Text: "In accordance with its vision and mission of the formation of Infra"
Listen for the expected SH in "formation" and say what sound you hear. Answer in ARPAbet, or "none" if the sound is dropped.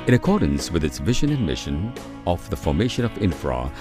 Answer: SH